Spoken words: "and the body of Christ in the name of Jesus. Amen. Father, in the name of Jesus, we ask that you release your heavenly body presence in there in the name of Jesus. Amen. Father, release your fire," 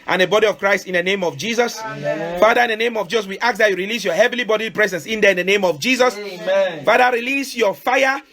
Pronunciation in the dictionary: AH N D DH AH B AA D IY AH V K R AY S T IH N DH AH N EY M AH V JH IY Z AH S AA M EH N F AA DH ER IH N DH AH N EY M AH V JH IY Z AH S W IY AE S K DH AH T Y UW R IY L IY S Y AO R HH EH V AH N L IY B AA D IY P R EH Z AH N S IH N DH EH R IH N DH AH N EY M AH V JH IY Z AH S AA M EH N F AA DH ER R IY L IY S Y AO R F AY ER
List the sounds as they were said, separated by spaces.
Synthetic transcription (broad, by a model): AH N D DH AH B AA D IY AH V K R AY S T IH N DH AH N EY M AH V JH IY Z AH S F AA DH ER IH N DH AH N EY M AH V JH IY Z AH S W IY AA K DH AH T Y UW R IY L IY S Y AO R HH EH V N L IY B AA D IY P R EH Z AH N S IH N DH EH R IH N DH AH N EY M AH V JH IY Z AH S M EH F AA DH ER R IY L IY S Y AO F AY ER